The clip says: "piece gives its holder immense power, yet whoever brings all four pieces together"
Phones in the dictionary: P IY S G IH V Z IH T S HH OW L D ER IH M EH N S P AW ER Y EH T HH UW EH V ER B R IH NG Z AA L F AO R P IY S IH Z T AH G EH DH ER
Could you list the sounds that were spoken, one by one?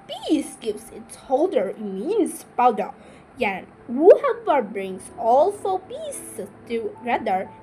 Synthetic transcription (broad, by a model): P IY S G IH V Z IH T S HH OW L D ER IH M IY N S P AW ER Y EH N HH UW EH P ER B R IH NG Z AA L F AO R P IY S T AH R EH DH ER